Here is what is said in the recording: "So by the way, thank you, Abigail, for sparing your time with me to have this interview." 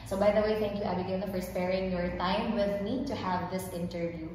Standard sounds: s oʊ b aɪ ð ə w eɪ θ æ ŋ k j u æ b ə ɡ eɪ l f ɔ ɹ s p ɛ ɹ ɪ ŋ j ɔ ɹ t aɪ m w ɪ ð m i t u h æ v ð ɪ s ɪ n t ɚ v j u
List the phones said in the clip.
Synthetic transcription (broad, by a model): s oʊ b aɪ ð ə w eɪ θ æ ŋ k j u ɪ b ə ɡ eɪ n f ɔ ɹ s p ɛ ɹ ɪ ŋ j ɔ ɹ t aɪ m w ɪ ð m i t u h æ v ð ɪ s ɪ n t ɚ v j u